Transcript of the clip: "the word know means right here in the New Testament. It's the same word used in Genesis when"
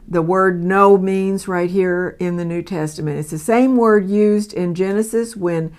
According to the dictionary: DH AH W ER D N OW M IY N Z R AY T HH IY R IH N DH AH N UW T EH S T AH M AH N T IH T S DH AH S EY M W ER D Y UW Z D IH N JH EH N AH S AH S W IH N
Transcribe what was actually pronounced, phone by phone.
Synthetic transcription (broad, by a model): DH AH W ER D N OW M IY N Z R AY T HH IY R IH N DH AH N UW T EH S T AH M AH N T IH T S DH AH S EY M W ER D Y UW Z D IH N JH EH N AH S AH S W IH N